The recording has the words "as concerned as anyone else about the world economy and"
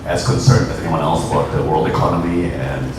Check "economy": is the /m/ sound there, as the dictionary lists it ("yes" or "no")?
yes